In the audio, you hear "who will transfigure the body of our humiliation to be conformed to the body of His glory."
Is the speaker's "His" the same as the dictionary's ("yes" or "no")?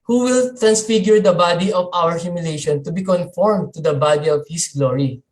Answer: no